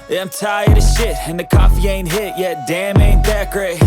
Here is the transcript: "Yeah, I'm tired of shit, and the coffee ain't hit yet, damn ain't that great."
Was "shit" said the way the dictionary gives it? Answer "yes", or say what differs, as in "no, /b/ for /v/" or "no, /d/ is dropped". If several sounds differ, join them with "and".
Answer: yes